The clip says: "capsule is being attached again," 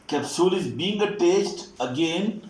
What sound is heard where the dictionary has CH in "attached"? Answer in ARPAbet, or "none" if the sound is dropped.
S